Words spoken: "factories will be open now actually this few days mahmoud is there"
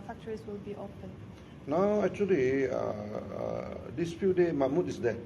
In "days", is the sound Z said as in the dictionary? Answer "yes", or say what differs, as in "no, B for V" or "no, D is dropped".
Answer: no, Z is dropped